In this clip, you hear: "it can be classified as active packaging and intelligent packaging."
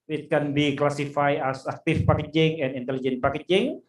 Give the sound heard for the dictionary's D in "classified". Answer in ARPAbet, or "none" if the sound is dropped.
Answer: none